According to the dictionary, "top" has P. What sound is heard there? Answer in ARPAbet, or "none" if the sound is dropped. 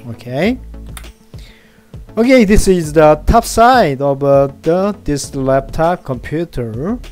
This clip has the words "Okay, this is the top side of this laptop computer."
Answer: F